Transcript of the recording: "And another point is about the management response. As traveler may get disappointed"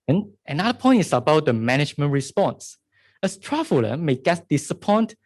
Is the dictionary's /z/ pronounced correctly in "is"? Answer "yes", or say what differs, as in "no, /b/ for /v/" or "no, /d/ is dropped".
no, /s/ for /z/